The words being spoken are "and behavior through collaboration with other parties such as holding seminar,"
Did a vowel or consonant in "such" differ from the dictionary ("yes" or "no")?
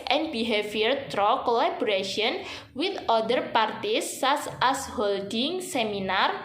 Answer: yes